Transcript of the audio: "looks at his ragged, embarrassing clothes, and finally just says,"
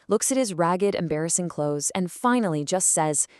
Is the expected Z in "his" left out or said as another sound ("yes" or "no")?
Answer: no